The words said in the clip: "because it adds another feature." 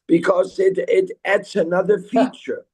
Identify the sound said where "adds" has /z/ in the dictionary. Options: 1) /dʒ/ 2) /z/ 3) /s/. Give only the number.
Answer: 3